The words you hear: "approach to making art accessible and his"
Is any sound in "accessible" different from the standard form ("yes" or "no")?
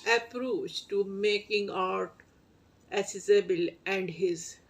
yes